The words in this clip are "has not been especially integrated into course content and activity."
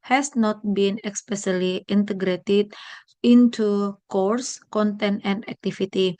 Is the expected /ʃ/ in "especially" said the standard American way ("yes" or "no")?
no